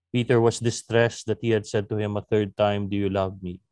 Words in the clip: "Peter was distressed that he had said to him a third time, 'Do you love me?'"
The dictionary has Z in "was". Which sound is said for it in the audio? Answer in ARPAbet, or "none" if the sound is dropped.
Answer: S